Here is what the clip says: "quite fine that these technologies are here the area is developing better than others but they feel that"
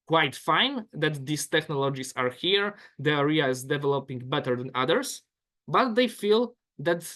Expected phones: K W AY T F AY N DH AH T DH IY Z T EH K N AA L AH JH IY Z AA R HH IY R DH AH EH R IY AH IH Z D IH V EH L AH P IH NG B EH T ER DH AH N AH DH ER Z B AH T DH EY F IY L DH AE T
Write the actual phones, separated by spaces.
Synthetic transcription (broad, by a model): K W AY T F AY N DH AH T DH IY S T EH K N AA L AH JH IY S AA R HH IY R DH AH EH R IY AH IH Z D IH V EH L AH P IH NG B EH T ER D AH N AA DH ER S B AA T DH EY F IY L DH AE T